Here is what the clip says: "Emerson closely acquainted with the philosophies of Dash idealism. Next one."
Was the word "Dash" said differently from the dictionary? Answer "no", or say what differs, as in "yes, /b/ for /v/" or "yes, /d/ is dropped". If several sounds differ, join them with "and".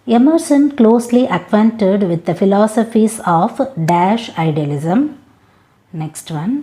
no